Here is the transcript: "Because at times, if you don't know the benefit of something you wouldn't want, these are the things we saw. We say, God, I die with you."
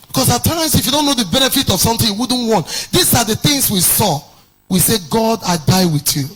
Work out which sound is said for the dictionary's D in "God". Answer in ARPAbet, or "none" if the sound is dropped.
D